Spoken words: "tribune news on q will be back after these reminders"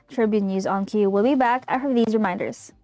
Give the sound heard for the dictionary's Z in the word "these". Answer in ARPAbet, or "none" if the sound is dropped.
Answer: Z